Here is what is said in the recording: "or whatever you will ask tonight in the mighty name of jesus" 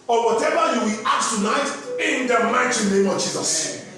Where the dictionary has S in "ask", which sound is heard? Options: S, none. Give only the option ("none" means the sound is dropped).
none